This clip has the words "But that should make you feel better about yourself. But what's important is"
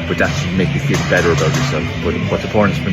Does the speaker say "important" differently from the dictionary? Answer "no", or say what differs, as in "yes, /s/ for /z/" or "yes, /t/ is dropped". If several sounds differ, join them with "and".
yes, /m/ is dropped